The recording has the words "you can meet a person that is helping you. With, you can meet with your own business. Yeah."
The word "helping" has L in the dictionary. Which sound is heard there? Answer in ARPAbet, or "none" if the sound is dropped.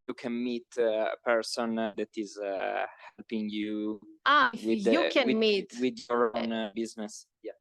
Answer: L